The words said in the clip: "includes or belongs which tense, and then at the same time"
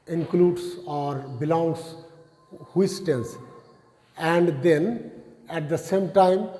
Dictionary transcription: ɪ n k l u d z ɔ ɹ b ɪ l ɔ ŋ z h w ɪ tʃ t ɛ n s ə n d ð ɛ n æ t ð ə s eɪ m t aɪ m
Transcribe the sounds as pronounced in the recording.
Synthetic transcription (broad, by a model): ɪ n k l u d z ɔ ɹ b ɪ l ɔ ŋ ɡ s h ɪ s t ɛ n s ə n d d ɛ n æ t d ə s eɪ m t aɪ m